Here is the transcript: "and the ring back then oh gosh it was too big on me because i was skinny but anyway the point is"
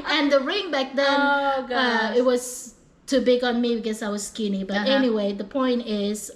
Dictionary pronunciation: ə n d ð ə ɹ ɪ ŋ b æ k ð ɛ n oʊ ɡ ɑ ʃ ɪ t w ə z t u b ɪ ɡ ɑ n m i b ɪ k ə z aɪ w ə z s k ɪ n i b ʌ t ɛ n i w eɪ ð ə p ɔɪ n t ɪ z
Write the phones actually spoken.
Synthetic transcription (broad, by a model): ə n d ð ə ɹ ɪ ŋ b æ k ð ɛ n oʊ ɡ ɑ ɪ t w ə z t u b ɪ ɡ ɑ n m i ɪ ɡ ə s aɪ w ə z s k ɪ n i b ʌ t ɛ n i w eɪ ð ə p ɔɪ n t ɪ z